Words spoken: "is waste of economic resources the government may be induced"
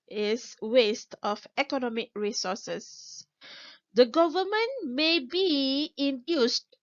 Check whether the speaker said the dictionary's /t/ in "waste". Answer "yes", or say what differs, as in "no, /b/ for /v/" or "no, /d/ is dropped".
yes